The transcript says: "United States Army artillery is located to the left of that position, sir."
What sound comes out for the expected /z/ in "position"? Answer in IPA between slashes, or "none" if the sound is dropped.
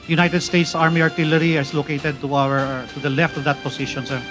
/s/